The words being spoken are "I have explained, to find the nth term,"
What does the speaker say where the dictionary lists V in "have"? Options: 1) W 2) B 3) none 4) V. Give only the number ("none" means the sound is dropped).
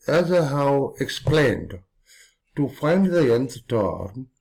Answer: 1